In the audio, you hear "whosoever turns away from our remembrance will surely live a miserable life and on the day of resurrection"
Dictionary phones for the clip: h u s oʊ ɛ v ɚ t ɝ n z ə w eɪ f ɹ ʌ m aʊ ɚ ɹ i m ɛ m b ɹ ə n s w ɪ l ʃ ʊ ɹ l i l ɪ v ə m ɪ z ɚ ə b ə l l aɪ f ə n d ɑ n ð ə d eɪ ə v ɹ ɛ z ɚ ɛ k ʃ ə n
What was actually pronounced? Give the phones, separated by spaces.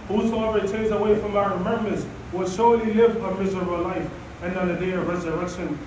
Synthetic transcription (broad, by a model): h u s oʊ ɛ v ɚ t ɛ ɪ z ə w eɪ f ɹ ʌ m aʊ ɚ ɹ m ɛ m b ə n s w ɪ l ʃ ʊ ɹ l i l ɪ v ə m ɪ z ɚ ə b ə l l aɪ f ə n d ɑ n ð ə d eɪ ə v ɹ ɛ z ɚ ɛ k ʃ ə n